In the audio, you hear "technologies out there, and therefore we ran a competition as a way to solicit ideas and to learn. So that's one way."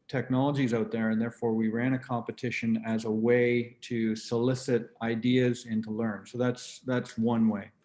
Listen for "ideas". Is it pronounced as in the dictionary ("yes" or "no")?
yes